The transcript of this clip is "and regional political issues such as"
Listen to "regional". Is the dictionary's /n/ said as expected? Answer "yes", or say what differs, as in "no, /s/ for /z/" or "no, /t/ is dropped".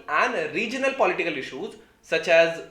yes